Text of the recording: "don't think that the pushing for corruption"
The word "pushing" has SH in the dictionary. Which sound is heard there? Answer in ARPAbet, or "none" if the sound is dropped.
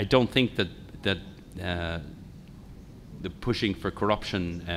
SH